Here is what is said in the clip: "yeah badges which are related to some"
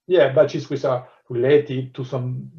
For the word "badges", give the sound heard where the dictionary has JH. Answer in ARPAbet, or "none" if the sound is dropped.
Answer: SH